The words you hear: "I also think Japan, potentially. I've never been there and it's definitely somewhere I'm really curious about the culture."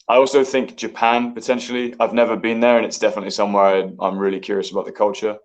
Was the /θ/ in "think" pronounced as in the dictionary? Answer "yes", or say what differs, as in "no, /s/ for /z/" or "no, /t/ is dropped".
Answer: yes